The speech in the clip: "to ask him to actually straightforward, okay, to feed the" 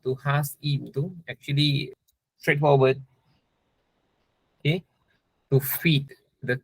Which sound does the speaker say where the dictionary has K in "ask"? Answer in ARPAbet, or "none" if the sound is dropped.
none